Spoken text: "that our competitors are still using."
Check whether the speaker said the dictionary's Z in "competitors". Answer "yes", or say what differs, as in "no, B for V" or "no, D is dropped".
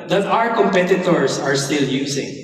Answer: no, S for Z